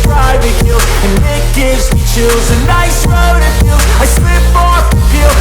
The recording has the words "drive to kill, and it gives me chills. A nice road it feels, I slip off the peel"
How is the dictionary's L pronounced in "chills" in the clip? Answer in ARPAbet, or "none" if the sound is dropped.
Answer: none